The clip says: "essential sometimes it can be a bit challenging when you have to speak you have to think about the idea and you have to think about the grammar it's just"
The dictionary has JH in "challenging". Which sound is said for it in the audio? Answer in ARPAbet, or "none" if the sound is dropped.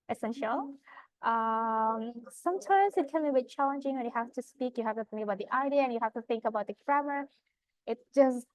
JH